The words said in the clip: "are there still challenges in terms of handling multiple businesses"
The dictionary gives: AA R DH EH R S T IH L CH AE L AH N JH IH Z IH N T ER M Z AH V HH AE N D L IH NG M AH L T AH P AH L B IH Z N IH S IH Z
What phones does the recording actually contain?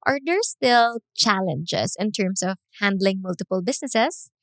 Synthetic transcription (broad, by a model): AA R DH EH R S T IH L CH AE L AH N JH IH S IH N T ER M S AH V HH AE N D L IH NG M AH L T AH P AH L B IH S N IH S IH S